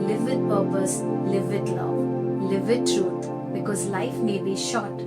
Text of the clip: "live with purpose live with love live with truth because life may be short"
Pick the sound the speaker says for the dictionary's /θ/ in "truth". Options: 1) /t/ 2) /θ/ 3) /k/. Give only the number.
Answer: 1